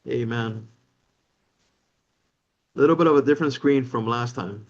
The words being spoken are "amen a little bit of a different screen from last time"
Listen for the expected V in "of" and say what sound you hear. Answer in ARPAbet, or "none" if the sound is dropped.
V